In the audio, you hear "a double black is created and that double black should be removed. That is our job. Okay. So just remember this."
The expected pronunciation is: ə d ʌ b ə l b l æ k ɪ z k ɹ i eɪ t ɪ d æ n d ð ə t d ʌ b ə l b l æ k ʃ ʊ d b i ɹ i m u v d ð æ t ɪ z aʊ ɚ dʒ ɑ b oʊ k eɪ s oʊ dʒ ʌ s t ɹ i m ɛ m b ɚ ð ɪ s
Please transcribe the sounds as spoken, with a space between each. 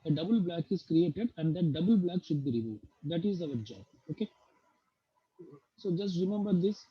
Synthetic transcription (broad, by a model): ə d ʌ b ə l b l æ k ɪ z k ɹ i eɪ t ɪ d æ n d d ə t d ʌ b ə l b l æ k ʃ ʊ d b i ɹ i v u d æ t ɪ z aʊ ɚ dʒ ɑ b oʊ k eɪ s oʊ dʒ ʌ s t ɹ i m ɛ m b ɚ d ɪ s